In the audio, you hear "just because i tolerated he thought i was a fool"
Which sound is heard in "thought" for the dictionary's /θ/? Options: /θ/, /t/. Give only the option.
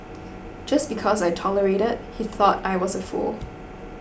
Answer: /θ/